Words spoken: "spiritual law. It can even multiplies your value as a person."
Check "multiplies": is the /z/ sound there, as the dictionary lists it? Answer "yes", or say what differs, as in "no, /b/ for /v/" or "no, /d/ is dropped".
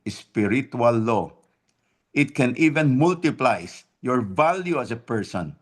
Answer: no, /s/ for /z/